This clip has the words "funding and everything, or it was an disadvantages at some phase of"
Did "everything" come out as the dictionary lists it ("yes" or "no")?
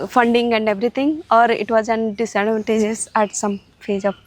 no